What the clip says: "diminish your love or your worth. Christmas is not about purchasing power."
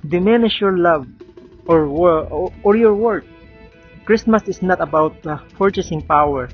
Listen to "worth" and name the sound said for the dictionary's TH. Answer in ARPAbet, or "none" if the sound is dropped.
T